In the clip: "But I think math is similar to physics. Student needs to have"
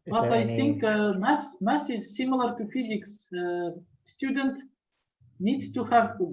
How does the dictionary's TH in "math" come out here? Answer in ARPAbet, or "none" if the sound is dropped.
S